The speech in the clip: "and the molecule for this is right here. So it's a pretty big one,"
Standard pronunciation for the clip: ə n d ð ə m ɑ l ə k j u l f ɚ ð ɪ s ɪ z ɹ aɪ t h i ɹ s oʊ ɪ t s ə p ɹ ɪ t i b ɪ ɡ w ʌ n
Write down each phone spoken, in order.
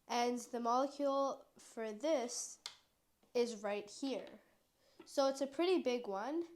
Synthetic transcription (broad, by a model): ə n ð ə m ɑ l ə k j u l f ɚ ð ɪ s ɪ z ɹ aɪ t h i ɹ s oʊ ɪ t s ə p ɹ ɪ t i b ɪ ɡ w ʌ n